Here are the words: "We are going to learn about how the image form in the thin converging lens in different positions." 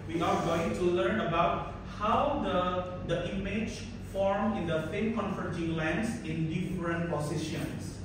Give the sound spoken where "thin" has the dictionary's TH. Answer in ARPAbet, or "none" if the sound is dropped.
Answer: F